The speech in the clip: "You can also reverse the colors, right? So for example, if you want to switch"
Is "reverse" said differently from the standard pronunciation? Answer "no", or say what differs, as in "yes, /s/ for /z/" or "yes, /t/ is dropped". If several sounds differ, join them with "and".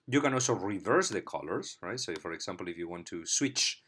no